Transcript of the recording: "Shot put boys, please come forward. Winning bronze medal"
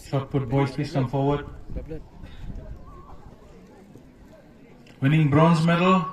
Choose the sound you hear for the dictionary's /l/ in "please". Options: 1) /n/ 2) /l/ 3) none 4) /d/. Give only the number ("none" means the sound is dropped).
3